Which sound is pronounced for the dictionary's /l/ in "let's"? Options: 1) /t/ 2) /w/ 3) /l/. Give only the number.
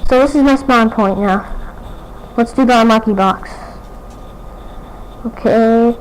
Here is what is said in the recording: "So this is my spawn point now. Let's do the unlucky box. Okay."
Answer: 2